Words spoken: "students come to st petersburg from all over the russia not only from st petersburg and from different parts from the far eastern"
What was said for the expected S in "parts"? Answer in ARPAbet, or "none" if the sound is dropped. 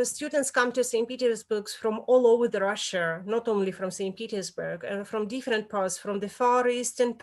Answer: S